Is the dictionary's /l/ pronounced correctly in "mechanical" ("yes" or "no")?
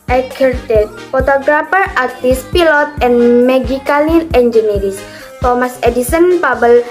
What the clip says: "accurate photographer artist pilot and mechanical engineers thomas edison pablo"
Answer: no